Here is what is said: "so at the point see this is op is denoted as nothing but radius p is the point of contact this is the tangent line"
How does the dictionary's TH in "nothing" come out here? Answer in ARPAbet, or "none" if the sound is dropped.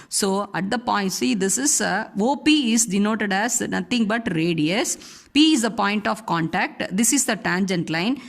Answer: T